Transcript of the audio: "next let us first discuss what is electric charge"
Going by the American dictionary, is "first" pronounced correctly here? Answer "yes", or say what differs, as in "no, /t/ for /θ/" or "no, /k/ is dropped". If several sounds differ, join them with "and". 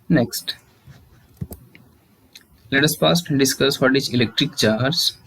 no, /p/ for /f/